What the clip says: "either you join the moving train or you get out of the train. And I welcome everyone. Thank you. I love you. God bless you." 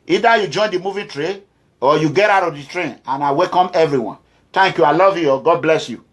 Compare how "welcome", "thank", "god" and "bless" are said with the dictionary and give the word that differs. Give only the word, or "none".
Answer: thank